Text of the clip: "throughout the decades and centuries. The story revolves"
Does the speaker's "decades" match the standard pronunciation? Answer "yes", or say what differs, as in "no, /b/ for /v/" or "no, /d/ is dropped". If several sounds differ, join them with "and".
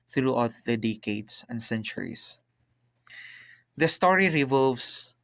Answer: no, /s/ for /z/